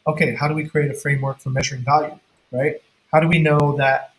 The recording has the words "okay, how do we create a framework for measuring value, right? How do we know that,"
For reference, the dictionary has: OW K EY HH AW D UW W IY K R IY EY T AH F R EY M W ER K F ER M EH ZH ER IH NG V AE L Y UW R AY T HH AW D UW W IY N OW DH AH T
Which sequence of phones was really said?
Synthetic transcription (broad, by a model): OW K EY HH AW D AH W IY K R IY EY T AH F R EY M W ER K F ER M EH ZH ER IH NG V AE L Y UW R AY T HH AW D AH W IY N OW DH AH T